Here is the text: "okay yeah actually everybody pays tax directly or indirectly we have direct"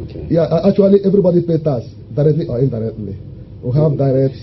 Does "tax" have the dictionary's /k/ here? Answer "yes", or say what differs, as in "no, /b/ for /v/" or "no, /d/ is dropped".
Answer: no, /k/ is dropped